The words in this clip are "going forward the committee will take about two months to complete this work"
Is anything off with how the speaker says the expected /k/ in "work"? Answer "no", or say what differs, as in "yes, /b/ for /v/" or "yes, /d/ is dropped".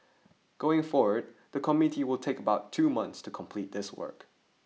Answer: no